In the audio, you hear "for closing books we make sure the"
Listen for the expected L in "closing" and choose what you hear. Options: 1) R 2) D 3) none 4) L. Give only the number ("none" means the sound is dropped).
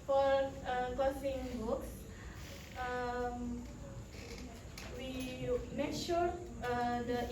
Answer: 3